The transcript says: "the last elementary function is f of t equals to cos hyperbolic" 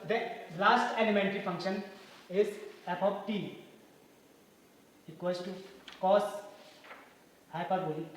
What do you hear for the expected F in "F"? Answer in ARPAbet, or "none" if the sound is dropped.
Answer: P